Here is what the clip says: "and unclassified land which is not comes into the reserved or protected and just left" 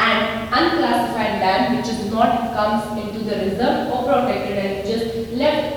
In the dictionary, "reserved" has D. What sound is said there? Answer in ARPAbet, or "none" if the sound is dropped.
none